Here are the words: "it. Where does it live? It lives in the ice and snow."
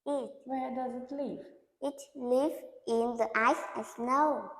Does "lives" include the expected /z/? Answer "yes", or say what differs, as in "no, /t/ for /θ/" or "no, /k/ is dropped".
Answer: no, /z/ is dropped